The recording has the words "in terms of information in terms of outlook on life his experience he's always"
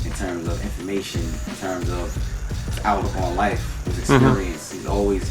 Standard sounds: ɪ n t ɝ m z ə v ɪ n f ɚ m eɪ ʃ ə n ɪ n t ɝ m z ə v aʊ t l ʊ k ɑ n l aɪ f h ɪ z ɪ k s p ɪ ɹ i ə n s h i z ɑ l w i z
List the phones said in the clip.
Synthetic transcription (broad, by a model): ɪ n t ɝ m z ə v ɪ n f ɚ m eɪ ʃ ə n ɪ n t ɝ m z ə v aʊ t ʌ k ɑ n l aɪ f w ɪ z ɪ k s p ɪ ɹ i ə n s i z ɑ l w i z